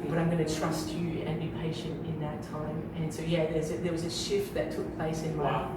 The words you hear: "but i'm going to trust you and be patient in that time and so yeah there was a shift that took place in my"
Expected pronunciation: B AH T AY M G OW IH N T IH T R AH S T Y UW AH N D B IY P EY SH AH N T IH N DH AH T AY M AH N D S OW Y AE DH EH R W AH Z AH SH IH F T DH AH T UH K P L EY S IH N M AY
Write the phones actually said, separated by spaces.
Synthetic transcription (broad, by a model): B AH T AY M G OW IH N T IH T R AH S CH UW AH N B IY P EY SH AH N T IH N DH AH T AY M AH N S OW Y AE DH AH R W AH Z AH SH IH F T DH AH T UH K P L EY S IH N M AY